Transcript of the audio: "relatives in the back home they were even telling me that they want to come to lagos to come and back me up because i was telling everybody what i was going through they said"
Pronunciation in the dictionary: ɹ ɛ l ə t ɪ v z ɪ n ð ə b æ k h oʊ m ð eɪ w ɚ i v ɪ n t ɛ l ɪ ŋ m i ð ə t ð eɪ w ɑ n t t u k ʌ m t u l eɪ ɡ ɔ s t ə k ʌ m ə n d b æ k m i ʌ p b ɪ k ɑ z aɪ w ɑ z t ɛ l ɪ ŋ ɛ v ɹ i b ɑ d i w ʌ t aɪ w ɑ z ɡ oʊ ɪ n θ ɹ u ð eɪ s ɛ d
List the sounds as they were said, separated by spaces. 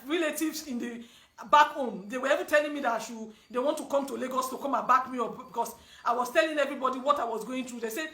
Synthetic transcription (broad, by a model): ɹ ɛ l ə t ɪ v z ɪ n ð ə b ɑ k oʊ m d eɪ w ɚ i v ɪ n t ɛ l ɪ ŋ m i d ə t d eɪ w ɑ n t t u k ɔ m t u l eɪ ɡ ɔ s t ə k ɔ m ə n b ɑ k m i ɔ b b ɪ k ɑ s aɪ w ɑ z t ɛ l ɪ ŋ ɛ v ɹ i b ɑ d i w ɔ t aɪ w ɑ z ɡ oʊ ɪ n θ ɹ u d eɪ s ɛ